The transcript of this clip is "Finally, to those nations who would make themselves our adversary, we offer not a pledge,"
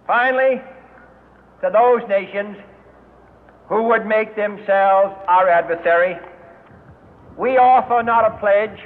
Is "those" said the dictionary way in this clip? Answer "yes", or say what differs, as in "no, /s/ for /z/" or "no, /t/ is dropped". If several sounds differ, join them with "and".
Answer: yes